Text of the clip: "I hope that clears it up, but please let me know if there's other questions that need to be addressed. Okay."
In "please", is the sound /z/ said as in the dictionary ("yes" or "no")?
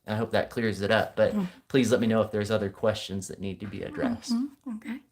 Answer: yes